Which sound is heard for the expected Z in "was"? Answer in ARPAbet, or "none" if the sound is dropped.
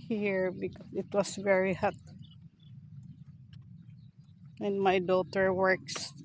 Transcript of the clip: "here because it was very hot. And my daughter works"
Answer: S